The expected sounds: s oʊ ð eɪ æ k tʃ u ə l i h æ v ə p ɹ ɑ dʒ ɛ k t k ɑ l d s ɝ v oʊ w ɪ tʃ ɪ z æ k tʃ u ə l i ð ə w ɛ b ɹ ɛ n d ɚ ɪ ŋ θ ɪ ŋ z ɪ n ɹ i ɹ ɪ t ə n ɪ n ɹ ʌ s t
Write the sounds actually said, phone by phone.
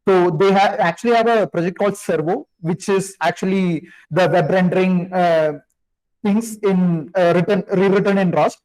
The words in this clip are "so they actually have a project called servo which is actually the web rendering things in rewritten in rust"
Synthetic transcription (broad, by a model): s oʊ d eɪ æ k tʃ u ə l i h æ v ə p ɹ ɑ dʒ ɛ k t k ɑ l d s ɝ v oʊ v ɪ tʃ ɪ z æ k tʃ u ə l i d ə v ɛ b ɹ ɛ n d ɚ ɪ ŋ t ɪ ŋ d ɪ n ɹ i ɹ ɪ t ə n ɪ n ɹ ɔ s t